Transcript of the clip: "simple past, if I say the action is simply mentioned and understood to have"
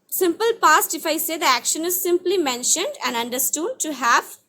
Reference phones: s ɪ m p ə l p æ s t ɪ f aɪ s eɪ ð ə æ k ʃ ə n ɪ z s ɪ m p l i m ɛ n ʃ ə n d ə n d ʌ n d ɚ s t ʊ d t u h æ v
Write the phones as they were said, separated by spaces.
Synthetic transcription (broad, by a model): s ɪ m p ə l p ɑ s t ɪ f aɪ s eɪ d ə æ k ʃ ə n ɪ z s ɪ m p l i m ɛ n ʃ ə n d ə n d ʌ n d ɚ s t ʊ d t u h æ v